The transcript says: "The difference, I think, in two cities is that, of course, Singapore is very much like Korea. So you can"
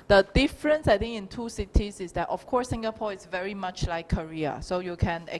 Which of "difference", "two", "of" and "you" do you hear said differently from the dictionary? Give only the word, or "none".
of